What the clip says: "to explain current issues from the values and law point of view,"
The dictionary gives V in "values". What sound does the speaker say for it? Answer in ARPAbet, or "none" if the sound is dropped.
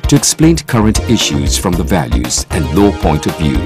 V